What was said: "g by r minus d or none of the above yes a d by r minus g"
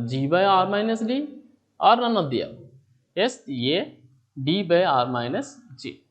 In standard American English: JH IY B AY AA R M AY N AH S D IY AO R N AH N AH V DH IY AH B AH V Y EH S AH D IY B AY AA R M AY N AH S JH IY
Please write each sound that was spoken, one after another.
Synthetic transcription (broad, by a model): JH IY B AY AA R M AY N AH S D IY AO R N AH N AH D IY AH EH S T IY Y AH D IY B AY AA R M AY N AH S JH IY